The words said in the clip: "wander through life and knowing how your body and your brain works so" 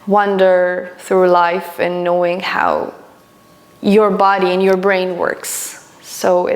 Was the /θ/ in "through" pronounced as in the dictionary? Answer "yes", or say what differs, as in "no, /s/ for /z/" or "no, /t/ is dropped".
yes